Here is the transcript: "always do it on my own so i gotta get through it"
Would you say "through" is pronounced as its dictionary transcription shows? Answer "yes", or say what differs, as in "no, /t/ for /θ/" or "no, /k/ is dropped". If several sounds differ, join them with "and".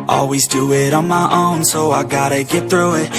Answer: yes